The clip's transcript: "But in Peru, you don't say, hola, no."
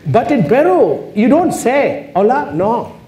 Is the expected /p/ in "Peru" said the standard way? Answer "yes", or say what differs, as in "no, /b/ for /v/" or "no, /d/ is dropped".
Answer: no, /b/ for /p/